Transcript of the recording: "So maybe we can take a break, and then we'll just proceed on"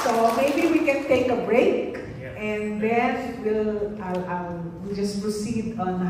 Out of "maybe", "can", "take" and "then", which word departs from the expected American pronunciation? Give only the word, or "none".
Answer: then